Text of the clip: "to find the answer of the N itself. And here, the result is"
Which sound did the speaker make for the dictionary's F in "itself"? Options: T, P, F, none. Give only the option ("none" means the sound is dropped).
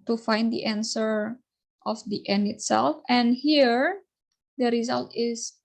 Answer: F